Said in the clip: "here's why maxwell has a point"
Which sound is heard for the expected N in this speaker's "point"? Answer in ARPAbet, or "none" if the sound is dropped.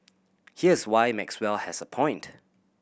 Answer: N